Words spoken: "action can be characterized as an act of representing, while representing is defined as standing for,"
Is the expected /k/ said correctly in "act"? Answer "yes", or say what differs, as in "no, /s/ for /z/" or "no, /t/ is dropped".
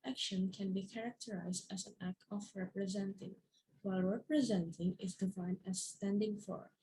yes